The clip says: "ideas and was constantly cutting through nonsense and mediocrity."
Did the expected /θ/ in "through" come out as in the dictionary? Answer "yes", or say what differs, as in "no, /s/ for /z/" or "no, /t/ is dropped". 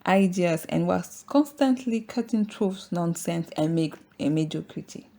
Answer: no, /t/ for /θ/